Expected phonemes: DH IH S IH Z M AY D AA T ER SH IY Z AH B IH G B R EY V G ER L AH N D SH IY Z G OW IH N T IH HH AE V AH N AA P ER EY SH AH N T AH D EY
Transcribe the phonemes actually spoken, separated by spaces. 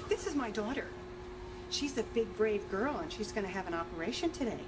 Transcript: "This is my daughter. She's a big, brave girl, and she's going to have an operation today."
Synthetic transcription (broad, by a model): DH IH S IH Z M AY D AA T ER SH IY Z AH B IH G B R EY V G ER L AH N SH IY Z G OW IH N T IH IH V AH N AA P ER EY SH AH N T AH D EY